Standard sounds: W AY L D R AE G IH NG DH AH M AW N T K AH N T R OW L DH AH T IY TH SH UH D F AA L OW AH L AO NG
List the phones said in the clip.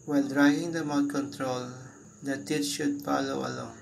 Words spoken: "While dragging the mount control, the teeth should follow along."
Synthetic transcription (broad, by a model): W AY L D R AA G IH NG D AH M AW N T K AH N T R OW L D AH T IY T SH UH D F AA L OW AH L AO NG